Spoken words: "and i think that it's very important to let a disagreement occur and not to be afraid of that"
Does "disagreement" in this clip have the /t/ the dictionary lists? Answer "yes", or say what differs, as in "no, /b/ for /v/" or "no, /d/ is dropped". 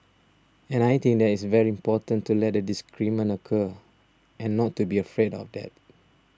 no, /t/ is dropped